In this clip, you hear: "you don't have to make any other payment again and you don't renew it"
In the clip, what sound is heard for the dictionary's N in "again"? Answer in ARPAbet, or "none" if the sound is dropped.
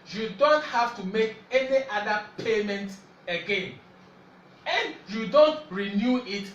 N